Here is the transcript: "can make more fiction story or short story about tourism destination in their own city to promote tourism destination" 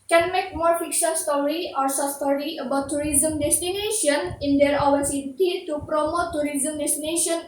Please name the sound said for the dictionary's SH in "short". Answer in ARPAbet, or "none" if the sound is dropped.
S